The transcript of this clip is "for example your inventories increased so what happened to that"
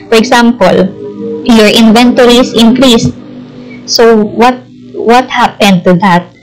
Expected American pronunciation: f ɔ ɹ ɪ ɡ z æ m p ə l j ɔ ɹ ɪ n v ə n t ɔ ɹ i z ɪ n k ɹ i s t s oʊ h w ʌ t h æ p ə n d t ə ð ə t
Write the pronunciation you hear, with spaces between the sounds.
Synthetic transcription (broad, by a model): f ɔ ɹ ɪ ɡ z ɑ m p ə l j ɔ ɹ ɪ n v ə n t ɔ ɹ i s ɪ n k ɹ i s t s oʊ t w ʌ t h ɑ p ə n d t ə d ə t